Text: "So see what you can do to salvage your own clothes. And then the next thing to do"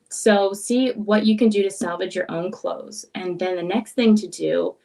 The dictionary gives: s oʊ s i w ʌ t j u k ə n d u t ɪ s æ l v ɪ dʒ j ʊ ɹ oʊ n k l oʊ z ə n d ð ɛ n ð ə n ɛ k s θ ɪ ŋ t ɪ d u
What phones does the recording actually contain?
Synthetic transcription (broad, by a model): s oʊ s i w ʌ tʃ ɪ k ə n d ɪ t ɪ s æ l v ɪ dʒ j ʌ ɹ oʊ n k l oʊ z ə n ð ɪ n ð ə n ɛ k s θ ɪ ŋ t ɪ d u